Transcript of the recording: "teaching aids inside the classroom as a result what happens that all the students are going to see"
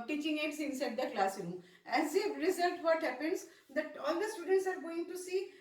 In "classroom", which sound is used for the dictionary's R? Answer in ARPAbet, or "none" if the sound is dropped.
none